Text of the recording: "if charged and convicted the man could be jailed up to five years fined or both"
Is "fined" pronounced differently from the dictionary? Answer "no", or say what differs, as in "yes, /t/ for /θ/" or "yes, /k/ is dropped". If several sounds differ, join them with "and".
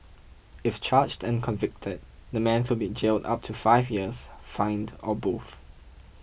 no